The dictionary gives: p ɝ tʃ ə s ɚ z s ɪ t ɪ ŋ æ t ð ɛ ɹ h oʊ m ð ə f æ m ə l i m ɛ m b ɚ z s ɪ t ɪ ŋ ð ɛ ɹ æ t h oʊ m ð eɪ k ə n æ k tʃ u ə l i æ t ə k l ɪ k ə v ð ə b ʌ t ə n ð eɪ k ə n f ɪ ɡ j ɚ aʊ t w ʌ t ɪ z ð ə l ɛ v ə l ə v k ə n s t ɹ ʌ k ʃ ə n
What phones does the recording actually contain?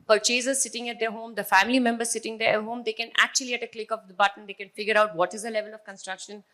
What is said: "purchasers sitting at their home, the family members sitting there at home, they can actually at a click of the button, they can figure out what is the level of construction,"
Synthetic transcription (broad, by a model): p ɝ tʃ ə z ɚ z s ɪ t ɪ ŋ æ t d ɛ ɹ h oʊ m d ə f æ m ə l i m ɛ m b ɚ z s ɪ t ɪ ŋ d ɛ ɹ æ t h oʊ m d eɪ k ə n æ k tʃ u ə l i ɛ t ə k l ɪ k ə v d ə b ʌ t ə n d eɪ k ə n f ɪ ɡ j ɚ aʊ t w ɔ t ɪ z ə l ɛ v ə l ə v k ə n s t ɹ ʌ k ʃ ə n